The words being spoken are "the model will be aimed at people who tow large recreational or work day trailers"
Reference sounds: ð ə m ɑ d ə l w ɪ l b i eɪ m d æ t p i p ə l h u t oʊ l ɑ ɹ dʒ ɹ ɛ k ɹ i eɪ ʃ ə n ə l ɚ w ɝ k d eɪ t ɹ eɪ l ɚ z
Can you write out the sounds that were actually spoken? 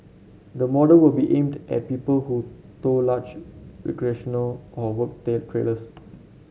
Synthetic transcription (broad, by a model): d ə m ɑ d ə l w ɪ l b i eɪ m d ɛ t p i p ə l h u t oʊ l ɑ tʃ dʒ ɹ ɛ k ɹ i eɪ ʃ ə n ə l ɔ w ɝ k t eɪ t ɹ eɪ l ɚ s